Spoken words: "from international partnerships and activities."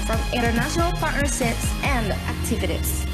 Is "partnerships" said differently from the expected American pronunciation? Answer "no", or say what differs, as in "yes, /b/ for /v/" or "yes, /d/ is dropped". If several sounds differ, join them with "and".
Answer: yes, /s/ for /ʃ/